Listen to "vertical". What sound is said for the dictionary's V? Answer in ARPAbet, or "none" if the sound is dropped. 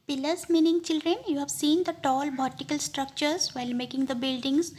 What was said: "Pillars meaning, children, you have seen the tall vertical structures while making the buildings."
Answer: B